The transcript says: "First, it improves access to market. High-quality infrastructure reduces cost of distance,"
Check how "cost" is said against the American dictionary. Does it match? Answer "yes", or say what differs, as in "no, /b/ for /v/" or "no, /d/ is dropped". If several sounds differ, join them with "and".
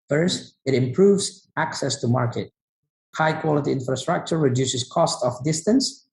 yes